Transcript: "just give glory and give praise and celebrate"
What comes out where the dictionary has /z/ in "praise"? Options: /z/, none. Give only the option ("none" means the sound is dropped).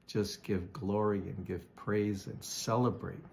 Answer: /z/